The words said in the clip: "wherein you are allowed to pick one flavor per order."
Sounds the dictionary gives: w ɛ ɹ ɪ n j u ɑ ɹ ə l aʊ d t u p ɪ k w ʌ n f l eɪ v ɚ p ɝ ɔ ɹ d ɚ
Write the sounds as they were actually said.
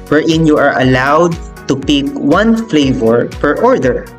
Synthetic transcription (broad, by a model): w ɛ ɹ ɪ n j u ɑ ɹ ə l aʊ d t u p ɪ k w ʌ n f l eɪ v ɚ p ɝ ɔ ɹ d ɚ